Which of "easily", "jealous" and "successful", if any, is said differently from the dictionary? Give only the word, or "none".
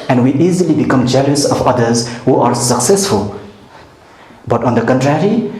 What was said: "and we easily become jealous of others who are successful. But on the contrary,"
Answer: none